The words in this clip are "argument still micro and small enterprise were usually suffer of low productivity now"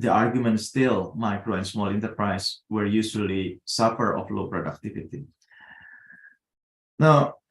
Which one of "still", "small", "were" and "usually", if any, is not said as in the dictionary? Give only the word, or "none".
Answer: usually